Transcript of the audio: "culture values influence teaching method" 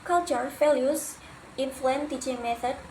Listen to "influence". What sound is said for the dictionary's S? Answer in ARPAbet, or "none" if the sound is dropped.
none